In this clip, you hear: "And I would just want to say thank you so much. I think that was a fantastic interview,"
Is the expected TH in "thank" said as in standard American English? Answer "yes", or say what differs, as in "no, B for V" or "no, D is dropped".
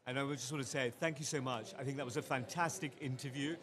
yes